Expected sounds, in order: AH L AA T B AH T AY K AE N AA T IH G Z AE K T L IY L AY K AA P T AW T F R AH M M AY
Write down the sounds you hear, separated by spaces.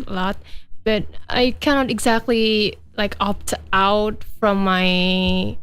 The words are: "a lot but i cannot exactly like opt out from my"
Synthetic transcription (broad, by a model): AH L AA T B AH T AY K AE N AA T IH G Z AE K T L IY L AY K AA P T AW T F R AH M M AY